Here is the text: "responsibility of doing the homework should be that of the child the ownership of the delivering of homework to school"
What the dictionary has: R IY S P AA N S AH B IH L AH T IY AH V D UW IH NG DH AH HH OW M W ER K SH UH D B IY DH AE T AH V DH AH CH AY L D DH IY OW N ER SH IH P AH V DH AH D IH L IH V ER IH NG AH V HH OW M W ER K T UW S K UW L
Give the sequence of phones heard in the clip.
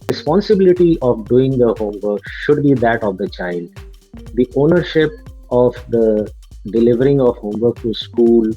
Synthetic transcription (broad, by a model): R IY S P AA N S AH B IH L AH T IY AH V D UW IH NG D AH HH OW M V ER K SH UH D B IY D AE T AH V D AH CH AY L D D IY OW N ER SH IH P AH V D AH D IH L IH V ER IH NG AH V HH OW M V ER K T UW S K UW L